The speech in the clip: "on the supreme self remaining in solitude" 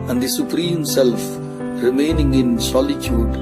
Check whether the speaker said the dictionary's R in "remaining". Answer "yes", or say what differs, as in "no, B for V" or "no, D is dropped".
yes